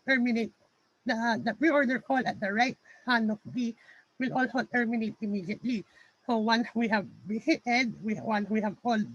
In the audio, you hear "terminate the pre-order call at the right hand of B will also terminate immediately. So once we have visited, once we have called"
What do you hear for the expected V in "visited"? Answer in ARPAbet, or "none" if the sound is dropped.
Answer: B